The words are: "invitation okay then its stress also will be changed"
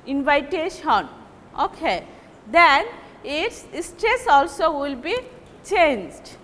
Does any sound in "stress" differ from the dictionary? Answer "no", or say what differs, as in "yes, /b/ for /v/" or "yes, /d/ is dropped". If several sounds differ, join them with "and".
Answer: no